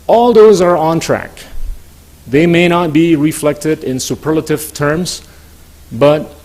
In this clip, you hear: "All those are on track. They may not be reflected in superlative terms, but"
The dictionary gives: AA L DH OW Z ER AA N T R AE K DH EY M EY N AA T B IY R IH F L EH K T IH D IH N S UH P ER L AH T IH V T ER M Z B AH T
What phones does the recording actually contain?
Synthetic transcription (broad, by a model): AA L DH OW Z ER AA N T R AE K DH EY M EY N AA T B IY R IH F L EH K T IH D IH N S UH P ER L AH T IH V T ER M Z B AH T